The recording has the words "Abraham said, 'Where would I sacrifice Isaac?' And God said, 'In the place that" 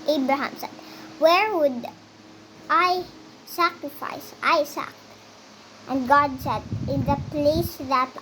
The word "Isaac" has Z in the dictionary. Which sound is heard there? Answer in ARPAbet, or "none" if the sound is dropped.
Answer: S